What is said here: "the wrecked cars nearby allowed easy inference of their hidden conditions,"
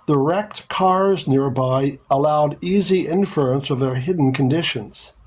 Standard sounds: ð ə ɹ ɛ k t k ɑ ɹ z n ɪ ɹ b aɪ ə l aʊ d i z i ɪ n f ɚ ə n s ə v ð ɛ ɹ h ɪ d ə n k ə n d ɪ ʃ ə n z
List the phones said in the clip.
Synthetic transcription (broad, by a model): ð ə ɹ ɛ k t k ɑ ɹ z n ɪ ɹ b aɪ ə l aʊ d i z i ɪ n f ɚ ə n s ə v ð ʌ ɹ h ɪ d n k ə n d ɪ ʃ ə n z